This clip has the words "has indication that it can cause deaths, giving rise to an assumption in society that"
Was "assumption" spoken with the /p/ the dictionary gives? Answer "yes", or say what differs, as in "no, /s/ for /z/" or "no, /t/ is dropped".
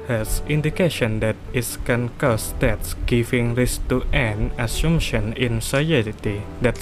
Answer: no, /p/ is dropped